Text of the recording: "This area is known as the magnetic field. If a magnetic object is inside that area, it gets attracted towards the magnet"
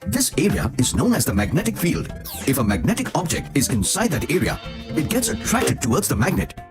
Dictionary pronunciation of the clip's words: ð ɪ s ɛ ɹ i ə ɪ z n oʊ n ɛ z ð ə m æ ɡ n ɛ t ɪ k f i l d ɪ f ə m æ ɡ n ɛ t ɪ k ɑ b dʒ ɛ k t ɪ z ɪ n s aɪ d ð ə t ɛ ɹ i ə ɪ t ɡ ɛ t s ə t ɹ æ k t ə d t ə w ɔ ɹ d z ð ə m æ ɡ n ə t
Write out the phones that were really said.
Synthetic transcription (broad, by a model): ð ɪ s ɛ ɹ i ə ɪ z n oʊ n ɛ z ð ə m æ ɡ n ɛ t ɪ k f i l d ɪ f ə m æ ɡ n ɛ t ɪ k ɑ b dʒ ɛ k t ɪ z ɪ n s aɪ d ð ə t ɛ ɹ i ə ɪ t ɡ ɛ t s ə t ɹ æ k t ə d t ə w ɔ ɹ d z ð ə m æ ɡ n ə t